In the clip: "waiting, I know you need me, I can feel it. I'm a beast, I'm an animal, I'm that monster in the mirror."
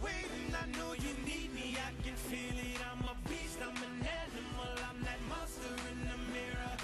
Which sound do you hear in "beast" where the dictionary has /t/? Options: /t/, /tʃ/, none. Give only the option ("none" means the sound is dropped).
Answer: /t/